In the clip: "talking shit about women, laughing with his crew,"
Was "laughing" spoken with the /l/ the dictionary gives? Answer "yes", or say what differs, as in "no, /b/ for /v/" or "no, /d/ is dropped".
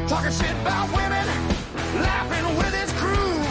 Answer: yes